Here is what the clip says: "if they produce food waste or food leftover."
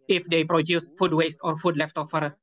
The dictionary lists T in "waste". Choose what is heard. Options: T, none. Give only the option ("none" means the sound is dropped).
T